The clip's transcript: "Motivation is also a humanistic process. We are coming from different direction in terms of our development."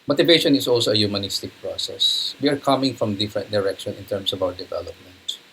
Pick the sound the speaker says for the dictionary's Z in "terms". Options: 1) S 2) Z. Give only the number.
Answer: 1